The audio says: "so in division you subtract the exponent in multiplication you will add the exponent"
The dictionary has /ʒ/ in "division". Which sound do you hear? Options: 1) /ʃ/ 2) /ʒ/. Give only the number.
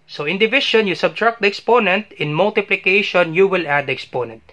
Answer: 1